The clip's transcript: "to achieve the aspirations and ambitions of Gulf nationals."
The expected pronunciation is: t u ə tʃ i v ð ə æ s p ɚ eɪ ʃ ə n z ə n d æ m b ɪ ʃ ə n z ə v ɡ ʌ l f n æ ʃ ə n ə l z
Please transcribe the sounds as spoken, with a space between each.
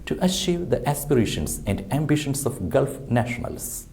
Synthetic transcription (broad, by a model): t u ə ʃ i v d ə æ s p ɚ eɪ ʃ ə n s ə n d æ m b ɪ ʃ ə n s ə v ɡ ʌ l f n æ ʃ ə n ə l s